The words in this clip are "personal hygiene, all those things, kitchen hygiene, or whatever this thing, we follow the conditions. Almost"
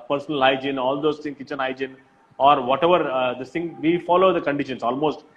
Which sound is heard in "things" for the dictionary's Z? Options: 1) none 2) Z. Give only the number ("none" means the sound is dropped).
1